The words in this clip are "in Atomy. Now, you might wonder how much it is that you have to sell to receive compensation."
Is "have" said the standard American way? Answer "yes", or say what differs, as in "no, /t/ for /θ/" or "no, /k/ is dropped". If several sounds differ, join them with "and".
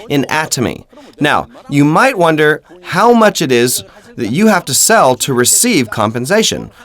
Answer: no, /f/ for /v/